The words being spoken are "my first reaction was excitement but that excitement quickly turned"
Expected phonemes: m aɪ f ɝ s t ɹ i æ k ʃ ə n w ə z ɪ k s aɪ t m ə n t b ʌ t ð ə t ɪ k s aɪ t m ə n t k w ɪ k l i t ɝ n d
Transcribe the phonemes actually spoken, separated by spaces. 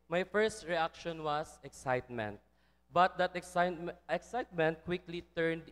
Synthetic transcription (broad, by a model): m aɪ f ɝ s t ɹ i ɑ k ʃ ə n w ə s ɪ k s aɪ t m ə n t b ʌ t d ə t ɪ k s aɪ t m ə n t k w ɪ k l i t ɝ n d